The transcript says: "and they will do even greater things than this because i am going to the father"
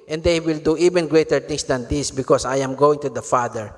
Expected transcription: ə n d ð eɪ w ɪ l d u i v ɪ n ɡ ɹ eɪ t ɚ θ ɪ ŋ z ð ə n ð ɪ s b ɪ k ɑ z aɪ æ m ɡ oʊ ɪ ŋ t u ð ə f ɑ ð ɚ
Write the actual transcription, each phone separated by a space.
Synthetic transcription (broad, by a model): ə n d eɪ w ɪ l d u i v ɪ n ɡ ɹ eɪ t ɚ t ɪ ŋ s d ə n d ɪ s b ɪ k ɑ s aɪ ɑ m ɡ oʊ ɪ ŋ t u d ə f ɑ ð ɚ